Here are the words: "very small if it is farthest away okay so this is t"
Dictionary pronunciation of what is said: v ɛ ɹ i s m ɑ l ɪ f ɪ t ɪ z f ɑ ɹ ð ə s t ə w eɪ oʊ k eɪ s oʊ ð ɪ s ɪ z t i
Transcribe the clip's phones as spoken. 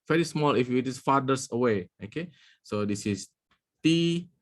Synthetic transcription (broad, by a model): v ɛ ɹ i s m ɑ l ɪ f ɪ t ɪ s f ɑ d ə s ə w eɪ oʊ k eɪ s oʊ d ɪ s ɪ s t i